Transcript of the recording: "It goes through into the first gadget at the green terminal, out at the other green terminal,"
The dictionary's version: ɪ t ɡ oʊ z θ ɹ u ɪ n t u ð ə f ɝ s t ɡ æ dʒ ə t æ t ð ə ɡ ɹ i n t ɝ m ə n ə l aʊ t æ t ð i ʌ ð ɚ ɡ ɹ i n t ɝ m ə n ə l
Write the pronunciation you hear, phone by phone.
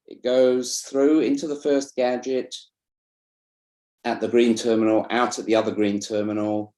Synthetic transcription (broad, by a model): ɪ t ɡ oʊ z θ ɹ u ɪ n t u ð ə f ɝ s ɡ æ dʒ ə t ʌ t ð ə ɡ ɹ i n t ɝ m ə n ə l aʊ t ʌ t ð i ʌ ð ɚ ɡ ɹ i n t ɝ m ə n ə l